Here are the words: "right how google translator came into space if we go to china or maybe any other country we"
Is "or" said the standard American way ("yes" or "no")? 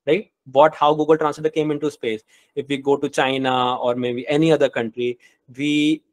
yes